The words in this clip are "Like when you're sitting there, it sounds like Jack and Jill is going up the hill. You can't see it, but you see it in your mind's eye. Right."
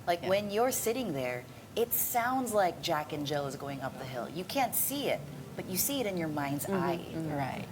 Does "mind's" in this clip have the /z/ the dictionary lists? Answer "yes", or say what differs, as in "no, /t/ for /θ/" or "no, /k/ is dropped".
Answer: yes